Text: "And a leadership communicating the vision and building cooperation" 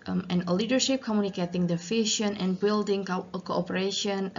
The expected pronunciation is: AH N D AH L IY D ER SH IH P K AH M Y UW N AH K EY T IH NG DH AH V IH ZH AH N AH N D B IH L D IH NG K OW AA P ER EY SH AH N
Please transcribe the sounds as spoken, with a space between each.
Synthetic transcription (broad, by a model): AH N AH L IY D ER SH IH P K AH M Y UW N AH K EY T IH NG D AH F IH SH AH N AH N B IH L D IH NG K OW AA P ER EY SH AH N